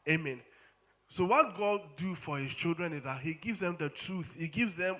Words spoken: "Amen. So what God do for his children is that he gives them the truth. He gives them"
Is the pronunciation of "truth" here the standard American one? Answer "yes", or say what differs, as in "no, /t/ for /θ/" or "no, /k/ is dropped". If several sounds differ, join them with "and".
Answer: yes